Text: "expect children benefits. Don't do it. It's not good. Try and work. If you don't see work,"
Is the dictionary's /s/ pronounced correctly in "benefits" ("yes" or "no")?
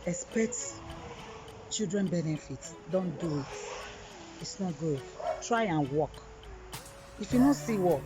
no